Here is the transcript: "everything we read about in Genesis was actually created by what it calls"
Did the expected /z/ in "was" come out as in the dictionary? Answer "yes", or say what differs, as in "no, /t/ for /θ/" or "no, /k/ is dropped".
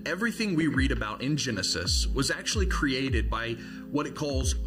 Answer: yes